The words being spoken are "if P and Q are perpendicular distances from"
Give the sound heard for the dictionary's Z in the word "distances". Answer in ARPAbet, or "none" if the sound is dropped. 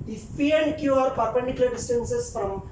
S